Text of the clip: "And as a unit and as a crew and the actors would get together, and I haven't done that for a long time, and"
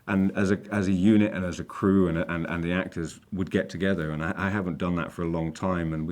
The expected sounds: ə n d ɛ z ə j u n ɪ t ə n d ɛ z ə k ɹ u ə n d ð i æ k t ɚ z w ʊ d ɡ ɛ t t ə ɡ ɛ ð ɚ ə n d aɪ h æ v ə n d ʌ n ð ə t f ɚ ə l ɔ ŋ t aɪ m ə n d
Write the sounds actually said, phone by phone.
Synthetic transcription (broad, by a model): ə n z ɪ z ə j u n ɪ t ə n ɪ z ə k ɹ u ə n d ð i æ k t ɚ z w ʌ d ɡ ɛ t t ə ɡ ɛ ð ɚ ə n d aɪ h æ v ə n d ʌ n ð ə t f ɚ ə l ɔ ŋ t aɪ m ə n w